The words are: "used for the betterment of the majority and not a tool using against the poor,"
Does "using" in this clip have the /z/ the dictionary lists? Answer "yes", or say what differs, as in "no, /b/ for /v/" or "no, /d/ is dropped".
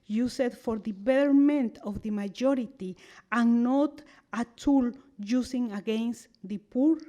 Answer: no, /s/ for /z/